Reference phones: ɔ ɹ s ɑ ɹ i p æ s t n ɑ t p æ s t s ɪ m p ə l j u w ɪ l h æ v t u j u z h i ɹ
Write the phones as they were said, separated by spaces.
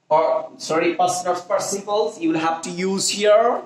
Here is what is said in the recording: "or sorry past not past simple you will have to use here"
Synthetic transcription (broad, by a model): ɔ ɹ s ɑ ɹ i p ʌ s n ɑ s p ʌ t s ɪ p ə l j u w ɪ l h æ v t u j u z h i ɹ